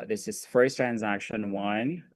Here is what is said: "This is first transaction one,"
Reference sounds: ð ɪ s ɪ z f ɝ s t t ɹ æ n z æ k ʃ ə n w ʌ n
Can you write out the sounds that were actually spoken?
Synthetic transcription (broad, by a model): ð ɪ s ɪ z f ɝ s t t ɹ æ n z æ k ʃ ə n w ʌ n